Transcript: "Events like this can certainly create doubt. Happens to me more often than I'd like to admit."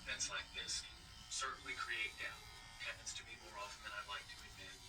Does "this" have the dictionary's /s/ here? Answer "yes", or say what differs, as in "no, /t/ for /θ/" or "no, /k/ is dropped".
yes